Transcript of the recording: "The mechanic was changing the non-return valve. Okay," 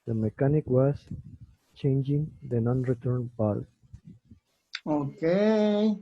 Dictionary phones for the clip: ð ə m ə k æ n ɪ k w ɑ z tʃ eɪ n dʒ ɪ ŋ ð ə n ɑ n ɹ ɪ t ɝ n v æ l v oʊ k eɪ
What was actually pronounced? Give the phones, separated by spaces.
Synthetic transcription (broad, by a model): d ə m ə k æ n ɪ k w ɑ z tʃ eɪ n dʒ ɪ ŋ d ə n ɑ n ɹ ɪ t ɝ n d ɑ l oʊ k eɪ